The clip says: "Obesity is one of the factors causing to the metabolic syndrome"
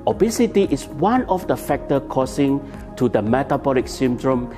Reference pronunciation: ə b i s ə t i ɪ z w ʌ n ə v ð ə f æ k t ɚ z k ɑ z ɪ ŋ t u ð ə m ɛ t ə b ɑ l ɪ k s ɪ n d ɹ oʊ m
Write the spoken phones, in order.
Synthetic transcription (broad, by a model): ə b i s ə t i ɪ s w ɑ n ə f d ə f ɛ k t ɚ k ɑ s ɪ ŋ t u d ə m ɛ t ə b ɑ l ɪ k s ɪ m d ɹ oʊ m